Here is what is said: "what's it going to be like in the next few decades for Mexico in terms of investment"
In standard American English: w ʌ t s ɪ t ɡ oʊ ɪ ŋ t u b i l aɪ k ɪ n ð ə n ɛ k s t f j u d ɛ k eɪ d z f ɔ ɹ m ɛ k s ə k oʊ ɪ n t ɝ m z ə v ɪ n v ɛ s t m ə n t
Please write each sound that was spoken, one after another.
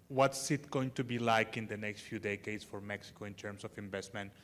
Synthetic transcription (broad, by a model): w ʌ t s ɪ t ɡ oʊ ɪ ŋ t u b i l aɪ k ɪ n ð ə n ɛ k s t f j u d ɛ k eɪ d s f ɔ ɹ m ɛ k s ə k oʊ ɪ n t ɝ m s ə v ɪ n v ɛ s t m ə n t